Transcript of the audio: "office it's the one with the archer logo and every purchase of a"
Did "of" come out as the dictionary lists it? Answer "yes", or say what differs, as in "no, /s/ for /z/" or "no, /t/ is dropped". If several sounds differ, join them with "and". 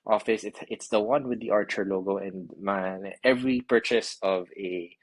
yes